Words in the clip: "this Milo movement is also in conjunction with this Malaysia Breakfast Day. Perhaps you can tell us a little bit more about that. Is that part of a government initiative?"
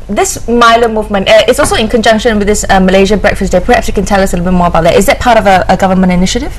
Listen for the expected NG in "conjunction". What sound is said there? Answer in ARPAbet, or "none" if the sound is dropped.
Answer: NG